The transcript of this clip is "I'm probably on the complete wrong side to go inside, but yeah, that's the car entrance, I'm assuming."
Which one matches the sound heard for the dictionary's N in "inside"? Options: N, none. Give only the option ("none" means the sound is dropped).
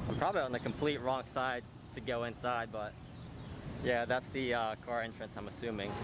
N